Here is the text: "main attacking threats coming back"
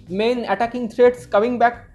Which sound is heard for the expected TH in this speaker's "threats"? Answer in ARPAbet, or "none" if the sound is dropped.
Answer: T